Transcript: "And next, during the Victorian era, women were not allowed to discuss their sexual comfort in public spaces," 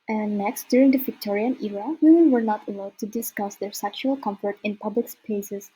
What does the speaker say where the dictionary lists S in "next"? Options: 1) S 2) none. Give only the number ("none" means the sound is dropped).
1